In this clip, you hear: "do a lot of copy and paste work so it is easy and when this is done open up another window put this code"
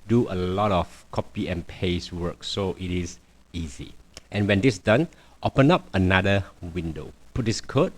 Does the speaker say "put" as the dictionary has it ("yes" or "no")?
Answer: yes